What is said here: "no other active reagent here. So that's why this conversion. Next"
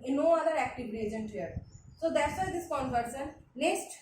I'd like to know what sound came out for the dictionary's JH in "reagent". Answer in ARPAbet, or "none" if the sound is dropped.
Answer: JH